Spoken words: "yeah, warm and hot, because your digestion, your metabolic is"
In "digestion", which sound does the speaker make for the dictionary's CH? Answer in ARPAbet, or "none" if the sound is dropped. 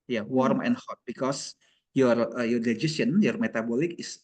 none